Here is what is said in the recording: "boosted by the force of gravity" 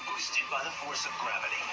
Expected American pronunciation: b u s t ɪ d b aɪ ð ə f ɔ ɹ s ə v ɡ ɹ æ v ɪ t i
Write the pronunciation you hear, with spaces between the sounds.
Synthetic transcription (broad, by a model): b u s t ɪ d b aɪ ð ə f ɔ ɹ s ə v ɡ ɹ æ v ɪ t i